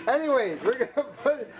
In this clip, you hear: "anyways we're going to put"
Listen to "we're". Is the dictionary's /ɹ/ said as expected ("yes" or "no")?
yes